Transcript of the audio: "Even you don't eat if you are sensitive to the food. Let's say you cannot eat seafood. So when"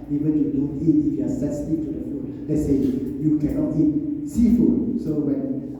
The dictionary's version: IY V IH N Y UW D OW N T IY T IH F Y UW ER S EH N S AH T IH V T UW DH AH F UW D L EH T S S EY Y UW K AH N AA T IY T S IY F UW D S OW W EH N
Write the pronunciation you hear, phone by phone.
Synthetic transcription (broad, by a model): IY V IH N Y UW D OW N T IY T IH F Y UW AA S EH S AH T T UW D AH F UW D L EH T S S EY Y UW K AH N AA T IY T S IY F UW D S OW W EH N